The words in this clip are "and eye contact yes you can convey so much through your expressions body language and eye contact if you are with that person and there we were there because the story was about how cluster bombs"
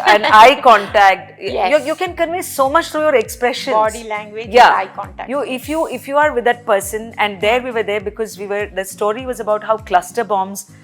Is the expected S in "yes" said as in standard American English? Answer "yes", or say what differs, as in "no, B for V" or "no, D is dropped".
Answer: no, S is dropped